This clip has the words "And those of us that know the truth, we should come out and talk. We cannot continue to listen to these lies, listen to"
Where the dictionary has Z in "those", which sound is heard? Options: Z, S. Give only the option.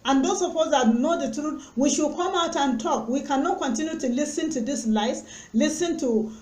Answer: S